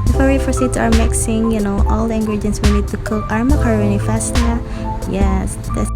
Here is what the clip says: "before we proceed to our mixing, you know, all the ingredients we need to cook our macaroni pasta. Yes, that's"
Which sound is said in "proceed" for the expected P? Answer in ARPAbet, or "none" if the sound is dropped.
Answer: F